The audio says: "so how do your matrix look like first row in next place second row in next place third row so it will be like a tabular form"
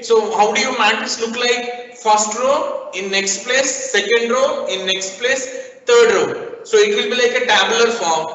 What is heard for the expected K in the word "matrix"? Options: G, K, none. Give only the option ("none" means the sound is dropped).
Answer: none